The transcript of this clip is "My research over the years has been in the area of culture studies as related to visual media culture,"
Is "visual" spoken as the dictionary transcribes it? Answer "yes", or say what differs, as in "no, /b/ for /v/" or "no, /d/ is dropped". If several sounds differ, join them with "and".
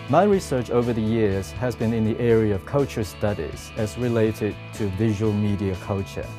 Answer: yes